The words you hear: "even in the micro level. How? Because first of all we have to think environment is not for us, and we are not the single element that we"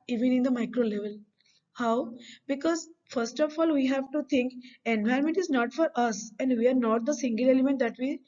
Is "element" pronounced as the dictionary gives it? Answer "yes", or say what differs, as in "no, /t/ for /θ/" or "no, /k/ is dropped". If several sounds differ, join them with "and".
yes